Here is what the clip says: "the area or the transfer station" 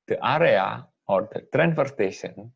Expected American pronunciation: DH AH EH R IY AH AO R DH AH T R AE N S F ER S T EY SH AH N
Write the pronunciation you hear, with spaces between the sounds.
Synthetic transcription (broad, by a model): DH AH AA R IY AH AO R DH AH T R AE N F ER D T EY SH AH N